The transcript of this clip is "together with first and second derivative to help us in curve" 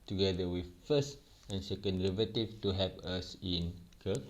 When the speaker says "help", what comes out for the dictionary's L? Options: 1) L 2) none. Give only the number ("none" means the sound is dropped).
2